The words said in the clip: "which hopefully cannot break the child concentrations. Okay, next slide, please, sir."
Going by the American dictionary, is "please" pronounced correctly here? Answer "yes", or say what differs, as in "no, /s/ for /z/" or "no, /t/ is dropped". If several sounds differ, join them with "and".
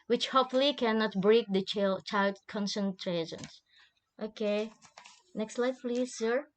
yes